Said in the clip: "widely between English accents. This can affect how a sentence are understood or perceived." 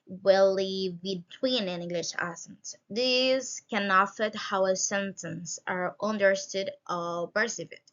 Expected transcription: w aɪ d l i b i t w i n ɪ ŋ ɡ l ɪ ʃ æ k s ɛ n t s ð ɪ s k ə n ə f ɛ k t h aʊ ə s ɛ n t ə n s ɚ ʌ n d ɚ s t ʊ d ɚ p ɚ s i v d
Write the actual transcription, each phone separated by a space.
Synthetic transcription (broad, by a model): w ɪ l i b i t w i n ɪ ŋ ɡ l ɪ ʃ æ s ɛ n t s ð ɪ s k ə n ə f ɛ t h aʊ ə s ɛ n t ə n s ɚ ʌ n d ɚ s t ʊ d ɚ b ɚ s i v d